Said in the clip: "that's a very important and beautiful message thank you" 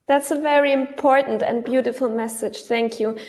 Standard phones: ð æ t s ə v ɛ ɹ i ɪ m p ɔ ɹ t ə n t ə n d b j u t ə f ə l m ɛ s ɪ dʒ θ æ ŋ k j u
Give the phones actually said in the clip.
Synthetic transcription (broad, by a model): ð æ t s ə v ɛ ɹ i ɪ m p ɔ ɹ t n t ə n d b j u t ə f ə l m ɛ s ɪ dʒ θ æ ŋ k j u